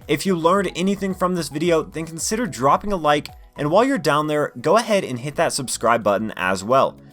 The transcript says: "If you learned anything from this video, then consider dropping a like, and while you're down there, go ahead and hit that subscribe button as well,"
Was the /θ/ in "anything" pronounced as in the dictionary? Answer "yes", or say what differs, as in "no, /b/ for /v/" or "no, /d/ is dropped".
yes